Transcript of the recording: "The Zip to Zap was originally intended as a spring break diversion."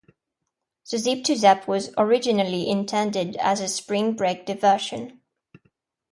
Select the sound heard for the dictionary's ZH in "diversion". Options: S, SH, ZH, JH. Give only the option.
SH